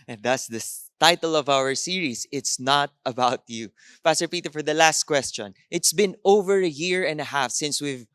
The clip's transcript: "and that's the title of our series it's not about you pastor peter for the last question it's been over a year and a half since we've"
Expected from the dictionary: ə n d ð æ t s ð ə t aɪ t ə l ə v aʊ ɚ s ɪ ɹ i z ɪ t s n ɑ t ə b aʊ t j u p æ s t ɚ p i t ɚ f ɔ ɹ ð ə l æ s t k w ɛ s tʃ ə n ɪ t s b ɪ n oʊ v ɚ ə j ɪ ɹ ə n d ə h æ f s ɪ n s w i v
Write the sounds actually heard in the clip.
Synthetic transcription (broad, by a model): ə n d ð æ t s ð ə t aɪ t ə l ə v aʊ ɚ s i ɹ i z ɪ t s n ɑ t ə b aʊ t j u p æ s t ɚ p i t ɚ f ɔ ɹ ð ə l æ s t k w ɛ s tʃ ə n ɪ t s b ɪ n oʊ v ɚ ə j ɪ ɹ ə n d ə h æ f s ɪ n s w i v